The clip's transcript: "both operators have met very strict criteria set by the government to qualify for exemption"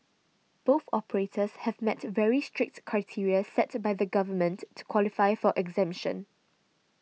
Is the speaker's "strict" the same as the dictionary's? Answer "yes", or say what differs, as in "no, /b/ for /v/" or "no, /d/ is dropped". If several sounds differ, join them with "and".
yes